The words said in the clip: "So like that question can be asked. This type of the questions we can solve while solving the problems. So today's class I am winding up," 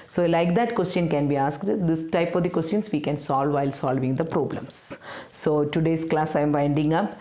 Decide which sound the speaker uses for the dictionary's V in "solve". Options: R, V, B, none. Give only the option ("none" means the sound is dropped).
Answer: V